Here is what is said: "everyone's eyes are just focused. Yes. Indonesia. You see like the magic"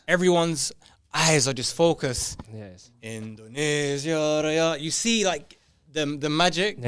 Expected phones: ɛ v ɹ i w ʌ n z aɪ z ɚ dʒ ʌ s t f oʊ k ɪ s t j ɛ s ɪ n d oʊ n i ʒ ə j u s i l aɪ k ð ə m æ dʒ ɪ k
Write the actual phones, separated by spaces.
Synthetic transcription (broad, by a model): ɛ v ɹ i w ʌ n z aɪ z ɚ dʒ ʌ s t f oʊ k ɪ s s ɪ n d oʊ n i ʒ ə j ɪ s i l aɪ k ð ə m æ dʒ ɪ k